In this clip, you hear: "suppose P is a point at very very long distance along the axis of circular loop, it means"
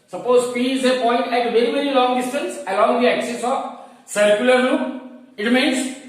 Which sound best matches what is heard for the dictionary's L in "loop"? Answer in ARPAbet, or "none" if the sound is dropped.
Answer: N